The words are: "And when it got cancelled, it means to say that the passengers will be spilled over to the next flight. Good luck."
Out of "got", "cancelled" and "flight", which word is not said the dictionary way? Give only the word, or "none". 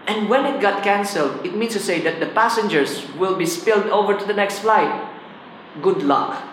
none